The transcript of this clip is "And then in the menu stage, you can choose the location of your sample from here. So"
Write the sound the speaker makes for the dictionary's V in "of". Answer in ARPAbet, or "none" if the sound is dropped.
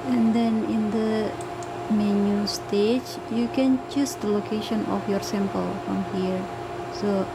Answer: F